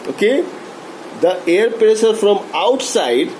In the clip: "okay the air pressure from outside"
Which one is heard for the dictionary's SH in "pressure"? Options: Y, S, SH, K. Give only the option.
S